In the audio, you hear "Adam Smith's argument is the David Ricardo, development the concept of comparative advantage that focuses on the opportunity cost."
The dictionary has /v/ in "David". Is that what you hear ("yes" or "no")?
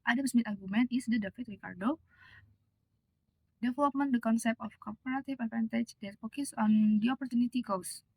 no